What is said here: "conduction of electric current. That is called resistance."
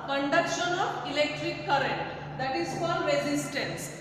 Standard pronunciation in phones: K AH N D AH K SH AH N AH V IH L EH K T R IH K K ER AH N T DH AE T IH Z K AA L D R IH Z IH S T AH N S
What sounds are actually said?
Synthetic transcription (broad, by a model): K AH N D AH K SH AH N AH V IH L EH K T R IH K K ER AH N T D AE T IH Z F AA D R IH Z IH S T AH N S